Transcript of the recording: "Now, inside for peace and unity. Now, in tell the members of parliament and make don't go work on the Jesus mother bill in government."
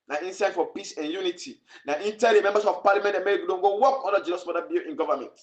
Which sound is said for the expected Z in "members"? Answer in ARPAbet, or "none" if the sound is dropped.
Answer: S